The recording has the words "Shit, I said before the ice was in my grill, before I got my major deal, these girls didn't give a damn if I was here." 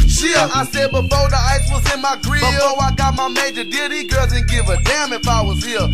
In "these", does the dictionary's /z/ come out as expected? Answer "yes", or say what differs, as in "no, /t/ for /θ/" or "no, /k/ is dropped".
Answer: no, /z/ is dropped